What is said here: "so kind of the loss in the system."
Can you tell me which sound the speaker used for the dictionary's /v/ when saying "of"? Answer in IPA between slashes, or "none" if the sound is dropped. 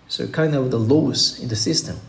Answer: /w/